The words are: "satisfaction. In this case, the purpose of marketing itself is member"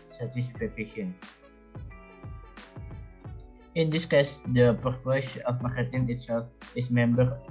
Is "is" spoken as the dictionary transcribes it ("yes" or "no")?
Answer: no